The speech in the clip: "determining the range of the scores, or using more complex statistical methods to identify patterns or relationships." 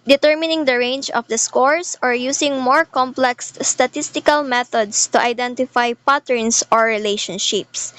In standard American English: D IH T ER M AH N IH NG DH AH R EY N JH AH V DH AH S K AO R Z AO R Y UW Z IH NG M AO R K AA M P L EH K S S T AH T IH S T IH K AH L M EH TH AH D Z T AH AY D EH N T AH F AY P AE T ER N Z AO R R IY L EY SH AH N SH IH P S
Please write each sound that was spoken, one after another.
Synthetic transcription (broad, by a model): D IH T ER M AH N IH NG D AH R EY N JH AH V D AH S K AO R S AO R Y UW S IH NG M AO R K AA M P L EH K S S T AH T IH S T IH K AH L M EH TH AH D S T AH AY D EH N T AH F AY P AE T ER N S AO R R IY L EY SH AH N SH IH P S